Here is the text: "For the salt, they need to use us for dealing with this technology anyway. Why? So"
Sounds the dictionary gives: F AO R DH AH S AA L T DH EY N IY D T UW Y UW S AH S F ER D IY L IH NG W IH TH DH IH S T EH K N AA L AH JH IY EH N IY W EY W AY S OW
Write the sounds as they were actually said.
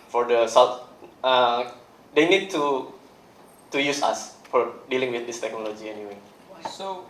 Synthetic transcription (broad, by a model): F AO R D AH S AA W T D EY N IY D T UW Y UW S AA S F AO D IY L IH NG W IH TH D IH S T EH K N AA L AH JH IY EH N IY W EY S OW